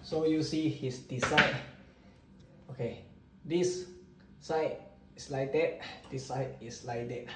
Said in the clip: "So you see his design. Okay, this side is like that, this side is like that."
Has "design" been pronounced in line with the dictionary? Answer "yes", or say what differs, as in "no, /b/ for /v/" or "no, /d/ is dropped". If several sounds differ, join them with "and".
no, /s/ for /z/